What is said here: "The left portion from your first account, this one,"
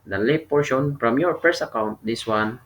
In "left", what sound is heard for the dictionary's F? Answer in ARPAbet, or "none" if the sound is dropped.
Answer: none